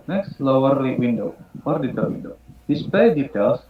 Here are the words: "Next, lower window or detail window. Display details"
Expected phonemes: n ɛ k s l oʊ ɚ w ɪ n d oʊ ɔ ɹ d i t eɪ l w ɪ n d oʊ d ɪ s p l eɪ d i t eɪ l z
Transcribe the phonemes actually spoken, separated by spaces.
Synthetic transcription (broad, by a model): n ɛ k s l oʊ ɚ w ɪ n d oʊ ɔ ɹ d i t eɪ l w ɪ n d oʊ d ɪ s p eɪ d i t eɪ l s